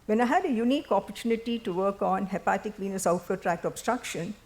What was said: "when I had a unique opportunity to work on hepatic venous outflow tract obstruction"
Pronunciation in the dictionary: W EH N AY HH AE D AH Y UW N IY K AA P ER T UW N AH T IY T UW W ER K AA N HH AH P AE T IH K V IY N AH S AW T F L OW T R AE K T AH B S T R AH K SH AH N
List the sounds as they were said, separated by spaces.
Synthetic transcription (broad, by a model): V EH N AY HH AE D AH Y UW N IY K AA P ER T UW N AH T IY T UW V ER K AA N HH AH P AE T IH K V IY N AH S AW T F OW T R AE K T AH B S T R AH K SH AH N